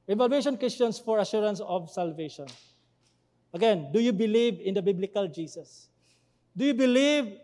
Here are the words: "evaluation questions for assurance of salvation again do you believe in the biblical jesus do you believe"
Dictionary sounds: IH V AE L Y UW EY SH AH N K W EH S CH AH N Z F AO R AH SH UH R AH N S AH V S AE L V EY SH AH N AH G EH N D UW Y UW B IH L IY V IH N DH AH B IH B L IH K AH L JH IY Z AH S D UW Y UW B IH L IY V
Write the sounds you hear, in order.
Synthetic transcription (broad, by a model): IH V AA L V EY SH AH N K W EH S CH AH N S F AO R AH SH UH R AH N S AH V S AE L V EY SH AH N AH G EH N D UW Y UW B IH L IY V IH N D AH B IH B L IH K AH L JH IY S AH S D UW Y UW B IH L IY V